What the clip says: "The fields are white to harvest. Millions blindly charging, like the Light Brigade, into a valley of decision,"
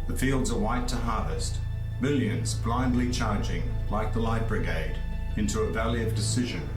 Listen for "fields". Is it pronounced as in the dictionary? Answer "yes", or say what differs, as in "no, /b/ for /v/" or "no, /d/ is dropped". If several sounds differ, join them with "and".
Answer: yes